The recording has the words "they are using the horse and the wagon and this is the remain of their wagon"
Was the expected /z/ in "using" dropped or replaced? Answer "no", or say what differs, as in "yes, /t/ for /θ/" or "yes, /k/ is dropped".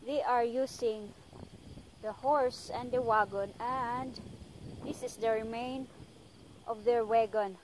yes, /s/ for /z/